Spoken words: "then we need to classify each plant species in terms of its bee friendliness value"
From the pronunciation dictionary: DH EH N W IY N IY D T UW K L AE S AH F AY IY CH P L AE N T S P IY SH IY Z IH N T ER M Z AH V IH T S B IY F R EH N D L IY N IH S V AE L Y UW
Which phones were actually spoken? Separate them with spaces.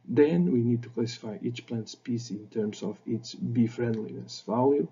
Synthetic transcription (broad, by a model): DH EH N W IY N IY D T UW K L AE S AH F AY IY CH P L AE N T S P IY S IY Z IH N T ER M S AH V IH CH B IY F R EH N D L IY N IH S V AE L Y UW